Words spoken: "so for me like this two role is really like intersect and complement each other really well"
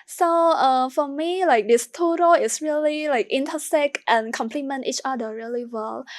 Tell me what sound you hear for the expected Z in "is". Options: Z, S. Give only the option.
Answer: S